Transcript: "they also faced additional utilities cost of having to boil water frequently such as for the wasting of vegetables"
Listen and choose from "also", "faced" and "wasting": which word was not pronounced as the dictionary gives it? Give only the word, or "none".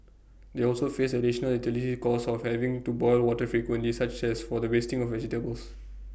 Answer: faced